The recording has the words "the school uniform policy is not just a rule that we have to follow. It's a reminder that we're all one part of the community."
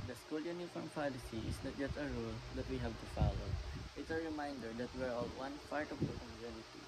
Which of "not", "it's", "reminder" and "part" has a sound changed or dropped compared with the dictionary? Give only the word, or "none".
part